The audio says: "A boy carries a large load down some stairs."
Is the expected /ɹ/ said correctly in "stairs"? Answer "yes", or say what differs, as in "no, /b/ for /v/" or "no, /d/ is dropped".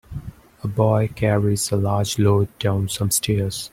yes